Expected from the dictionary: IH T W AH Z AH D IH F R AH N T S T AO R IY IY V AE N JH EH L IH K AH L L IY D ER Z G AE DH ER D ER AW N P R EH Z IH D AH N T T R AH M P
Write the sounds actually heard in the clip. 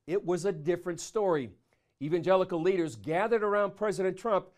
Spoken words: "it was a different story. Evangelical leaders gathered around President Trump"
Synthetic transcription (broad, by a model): IH T W AH Z AH D IH F R AH N T S T AO R IY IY V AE N JH EH L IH K L L IY D ER Z G AE DH ER D ER AW N P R EH Z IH D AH N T T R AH M P